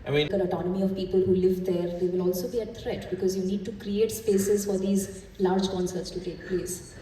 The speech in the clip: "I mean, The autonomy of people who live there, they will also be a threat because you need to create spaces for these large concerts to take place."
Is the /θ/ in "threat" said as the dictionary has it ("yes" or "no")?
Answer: no